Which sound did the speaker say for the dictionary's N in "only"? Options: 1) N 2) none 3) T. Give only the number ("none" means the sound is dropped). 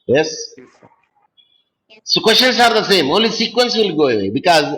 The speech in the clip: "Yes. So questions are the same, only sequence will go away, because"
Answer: 2